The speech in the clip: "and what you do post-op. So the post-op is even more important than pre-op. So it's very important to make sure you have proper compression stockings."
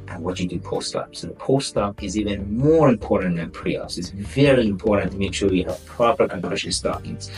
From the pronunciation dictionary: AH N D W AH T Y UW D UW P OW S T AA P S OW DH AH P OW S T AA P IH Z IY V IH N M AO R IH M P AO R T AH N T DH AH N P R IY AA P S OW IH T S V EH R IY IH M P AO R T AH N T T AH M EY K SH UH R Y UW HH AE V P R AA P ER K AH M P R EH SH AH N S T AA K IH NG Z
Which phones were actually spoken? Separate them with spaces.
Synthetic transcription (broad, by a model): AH N W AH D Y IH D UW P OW S T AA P S OW DH AH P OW S T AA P IH Z IY V IH N M AO R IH M P AO R T N DH AH N P R IY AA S IH T S V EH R IY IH M P AO R T N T T AH M EY K SH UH W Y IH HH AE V P R AA P ER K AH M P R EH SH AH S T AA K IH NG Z